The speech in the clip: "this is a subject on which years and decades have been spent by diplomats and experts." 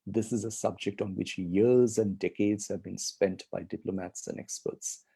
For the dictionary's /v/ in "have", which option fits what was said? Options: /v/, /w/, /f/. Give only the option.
/v/